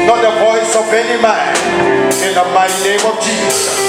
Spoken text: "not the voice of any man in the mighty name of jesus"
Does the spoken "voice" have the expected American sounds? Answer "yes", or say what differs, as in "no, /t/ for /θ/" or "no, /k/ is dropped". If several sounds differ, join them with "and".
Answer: no, /p/ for /v/